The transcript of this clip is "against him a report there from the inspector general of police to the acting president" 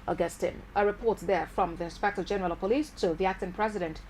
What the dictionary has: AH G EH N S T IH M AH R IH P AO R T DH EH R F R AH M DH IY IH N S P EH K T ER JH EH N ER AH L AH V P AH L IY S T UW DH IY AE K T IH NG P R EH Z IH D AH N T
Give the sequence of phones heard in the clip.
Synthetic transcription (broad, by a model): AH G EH S T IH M AH R IH P AO R T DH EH R F R AH M DH IY IH N S P EH K T ER JH EH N ER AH L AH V P AH L IY S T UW DH IY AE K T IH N P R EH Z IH D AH N T